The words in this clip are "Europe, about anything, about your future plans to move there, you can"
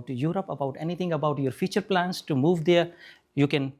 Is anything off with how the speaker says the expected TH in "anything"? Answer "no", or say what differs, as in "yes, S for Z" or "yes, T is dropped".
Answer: yes, T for TH